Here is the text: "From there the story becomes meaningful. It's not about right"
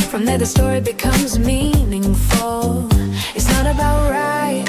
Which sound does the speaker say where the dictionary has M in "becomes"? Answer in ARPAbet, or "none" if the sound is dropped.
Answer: M